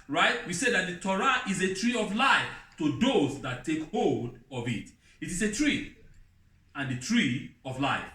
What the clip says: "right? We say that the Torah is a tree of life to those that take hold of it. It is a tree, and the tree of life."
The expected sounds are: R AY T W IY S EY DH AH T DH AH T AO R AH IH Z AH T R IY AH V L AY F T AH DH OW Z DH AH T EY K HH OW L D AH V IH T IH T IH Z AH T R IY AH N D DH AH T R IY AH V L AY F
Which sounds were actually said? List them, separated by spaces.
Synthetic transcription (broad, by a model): R AY T W IY S EY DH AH T DH AH T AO R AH IH Z AH T R IY AH V L AY F T AH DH OW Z DH AH T EY K HH OW L D AH V IH T IH T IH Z AH T R IY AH N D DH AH T R IY AH V L AY F